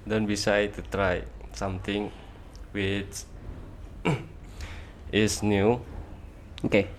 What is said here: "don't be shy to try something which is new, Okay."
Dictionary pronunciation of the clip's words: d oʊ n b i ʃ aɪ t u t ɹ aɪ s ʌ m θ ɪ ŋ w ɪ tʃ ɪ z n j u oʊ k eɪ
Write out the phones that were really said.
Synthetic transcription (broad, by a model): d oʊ n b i s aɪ t u t ɹ aɪ s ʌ m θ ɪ ŋ w ɪ tʃ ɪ s n j u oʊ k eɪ